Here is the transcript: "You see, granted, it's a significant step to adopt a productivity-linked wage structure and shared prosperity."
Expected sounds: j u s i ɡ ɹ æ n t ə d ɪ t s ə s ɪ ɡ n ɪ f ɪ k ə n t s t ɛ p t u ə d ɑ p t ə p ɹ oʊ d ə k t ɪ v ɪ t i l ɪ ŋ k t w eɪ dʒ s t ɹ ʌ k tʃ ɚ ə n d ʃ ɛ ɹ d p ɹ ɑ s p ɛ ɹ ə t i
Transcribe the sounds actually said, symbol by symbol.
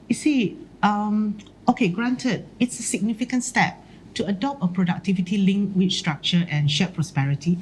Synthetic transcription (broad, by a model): j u s i ɡ ɹ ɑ n t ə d ɪ t s ə s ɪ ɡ n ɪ f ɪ k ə n t s t ɛ p t u ə d ɑ p t ə p ɹ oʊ d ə k t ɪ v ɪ t i l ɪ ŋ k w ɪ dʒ s t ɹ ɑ k tʃ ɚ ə n ʃ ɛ p ɹ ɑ s p ɛ ɹ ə t i